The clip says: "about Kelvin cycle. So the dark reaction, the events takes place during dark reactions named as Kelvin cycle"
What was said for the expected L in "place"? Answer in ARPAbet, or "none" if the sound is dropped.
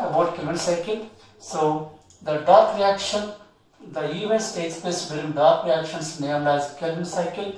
none